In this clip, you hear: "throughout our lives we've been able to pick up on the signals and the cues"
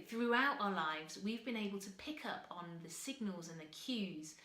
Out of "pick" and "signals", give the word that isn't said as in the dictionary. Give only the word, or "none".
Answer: none